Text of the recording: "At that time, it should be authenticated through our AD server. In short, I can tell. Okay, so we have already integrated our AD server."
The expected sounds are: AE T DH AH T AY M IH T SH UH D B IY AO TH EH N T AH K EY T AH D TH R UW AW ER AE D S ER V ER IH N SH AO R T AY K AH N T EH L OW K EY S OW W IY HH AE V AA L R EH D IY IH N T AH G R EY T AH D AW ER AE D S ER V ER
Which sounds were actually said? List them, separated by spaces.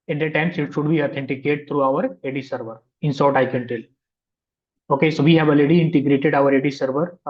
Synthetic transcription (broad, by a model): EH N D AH T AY M IH T SH UH D B IY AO T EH N T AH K EY T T R UW AW ER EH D S ER V ER IH N S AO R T AY K AH N T EH L OW K EY S OW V IY HH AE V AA L EH D IY IH N T AH G R EY T AH D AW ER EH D S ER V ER